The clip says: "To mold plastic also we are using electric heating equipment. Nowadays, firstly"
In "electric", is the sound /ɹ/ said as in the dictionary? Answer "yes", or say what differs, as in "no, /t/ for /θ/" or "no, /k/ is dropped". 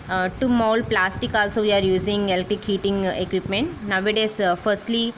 no, /ɹ/ is dropped